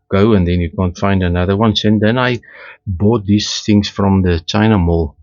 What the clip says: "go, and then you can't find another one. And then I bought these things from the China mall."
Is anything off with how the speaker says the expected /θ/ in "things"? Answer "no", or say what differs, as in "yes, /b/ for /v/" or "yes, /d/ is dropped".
no